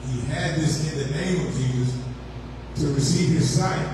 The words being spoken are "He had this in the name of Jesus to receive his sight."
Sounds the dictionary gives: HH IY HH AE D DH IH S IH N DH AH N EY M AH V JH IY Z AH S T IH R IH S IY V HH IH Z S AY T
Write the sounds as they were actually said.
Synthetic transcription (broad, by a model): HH IY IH D DH IH S IH N DH AH N EY M AH V JH IY Z AH S T IH R IH S IY V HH IH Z S AY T